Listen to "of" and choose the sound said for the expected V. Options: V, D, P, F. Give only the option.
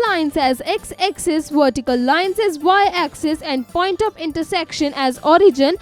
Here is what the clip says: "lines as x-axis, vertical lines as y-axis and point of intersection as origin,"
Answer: P